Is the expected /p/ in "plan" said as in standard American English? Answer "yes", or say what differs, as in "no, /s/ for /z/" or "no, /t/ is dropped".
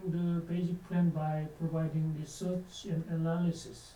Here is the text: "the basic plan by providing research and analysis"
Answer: yes